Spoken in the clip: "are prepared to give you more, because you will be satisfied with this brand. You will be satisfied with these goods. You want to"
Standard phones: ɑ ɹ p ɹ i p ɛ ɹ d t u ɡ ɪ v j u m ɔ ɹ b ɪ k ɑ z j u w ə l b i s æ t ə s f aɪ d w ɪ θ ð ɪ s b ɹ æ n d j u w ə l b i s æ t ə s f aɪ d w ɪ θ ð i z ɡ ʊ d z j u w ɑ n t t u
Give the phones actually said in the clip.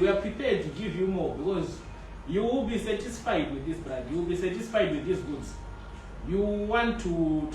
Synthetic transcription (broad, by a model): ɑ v p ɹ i p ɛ d t u ɡ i v j u m ɔ b ɪ k ɑ z j u w ə l b i s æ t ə s f aɪ d w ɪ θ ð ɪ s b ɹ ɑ d j u w ə l b i s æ t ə s f aɪ d w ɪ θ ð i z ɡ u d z j u w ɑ n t t u